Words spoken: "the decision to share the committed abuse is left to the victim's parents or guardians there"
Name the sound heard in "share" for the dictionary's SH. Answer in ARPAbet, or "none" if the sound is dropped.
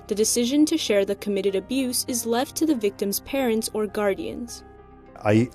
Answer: SH